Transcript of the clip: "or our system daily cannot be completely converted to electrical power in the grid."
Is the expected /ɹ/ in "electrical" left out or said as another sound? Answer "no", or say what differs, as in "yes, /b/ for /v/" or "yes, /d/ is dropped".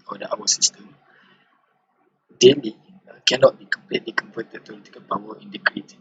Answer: yes, /ɹ/ is dropped